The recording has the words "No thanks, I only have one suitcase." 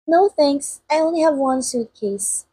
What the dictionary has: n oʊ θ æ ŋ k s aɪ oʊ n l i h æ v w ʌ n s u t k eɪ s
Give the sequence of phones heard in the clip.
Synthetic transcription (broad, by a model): n oʊ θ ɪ ŋ s aɪ oʊ n l i h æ v w ʌ n s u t k eɪ s